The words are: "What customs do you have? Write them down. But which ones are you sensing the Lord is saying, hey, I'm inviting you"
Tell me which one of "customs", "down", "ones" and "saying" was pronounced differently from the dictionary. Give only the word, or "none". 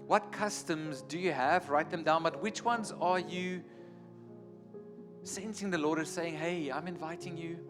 none